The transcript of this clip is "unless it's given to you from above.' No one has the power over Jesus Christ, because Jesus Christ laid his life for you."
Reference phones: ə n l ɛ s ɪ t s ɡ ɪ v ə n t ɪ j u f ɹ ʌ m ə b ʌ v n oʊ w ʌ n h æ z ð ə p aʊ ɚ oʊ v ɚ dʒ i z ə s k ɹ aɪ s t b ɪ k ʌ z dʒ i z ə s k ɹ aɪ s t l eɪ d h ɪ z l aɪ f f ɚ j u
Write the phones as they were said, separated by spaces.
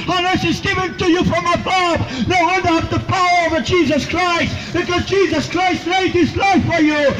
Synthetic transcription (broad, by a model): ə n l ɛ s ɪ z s ɡ ɪ v ə n t ɪ j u f ɹ ʌ m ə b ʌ b n oʊ w ʌ n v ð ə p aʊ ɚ oʊ v ɚ dʒ i z ə s k ɹ aɪ s t b ɪ k ʌ z dʒ i z ə s k ɹ aɪ s t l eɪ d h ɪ s l aɪ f f ɚ j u